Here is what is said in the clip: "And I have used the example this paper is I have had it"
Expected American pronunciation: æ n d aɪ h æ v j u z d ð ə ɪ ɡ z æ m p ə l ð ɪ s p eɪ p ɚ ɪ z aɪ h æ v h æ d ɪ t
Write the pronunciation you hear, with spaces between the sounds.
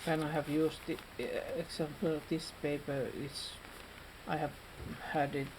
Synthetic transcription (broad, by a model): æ n aɪ h æ v j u s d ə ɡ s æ m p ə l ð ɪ s p eɪ p ɚ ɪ s aɪ h æ v h æ d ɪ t